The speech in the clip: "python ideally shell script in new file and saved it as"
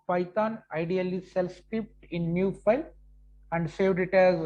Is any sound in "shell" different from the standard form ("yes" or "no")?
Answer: yes